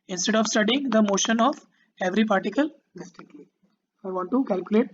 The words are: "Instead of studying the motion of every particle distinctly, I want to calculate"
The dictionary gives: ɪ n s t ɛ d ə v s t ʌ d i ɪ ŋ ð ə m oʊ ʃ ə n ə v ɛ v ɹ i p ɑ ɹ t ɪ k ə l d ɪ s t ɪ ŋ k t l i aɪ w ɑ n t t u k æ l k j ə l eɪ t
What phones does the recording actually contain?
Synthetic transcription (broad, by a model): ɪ n s t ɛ d ə v s t ʌ d i ɪ ŋ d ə m oʊ ʃ ə n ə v ɛ v ɹ i p ɑ ɹ t ɪ k ə l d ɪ s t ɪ k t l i aɪ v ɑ n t t u k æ l k j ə l eɪ t